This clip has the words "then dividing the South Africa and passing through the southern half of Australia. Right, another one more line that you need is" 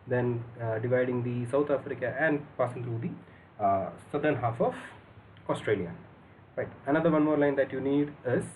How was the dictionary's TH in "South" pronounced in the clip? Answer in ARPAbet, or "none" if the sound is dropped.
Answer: T